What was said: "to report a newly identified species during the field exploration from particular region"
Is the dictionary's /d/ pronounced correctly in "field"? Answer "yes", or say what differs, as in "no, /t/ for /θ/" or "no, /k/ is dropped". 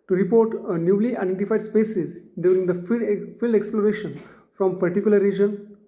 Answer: yes